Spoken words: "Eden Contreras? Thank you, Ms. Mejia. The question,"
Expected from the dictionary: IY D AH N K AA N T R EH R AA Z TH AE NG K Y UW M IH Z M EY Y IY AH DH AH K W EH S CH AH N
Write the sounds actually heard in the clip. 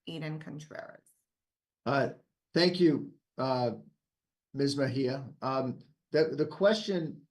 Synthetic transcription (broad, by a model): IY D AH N K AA N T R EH R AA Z TH AE NG K Y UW M IH Z M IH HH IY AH DH AH K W EH S CH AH N